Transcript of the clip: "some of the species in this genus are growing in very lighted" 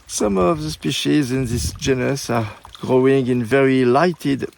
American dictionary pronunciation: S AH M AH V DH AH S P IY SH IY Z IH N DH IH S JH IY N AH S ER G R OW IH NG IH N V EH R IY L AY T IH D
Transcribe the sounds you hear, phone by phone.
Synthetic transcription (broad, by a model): S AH M AH V DH AH S P IY SH IY Z IH N DH IH S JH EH N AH S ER G R OW IH NG IH N V EH R IY L AY T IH D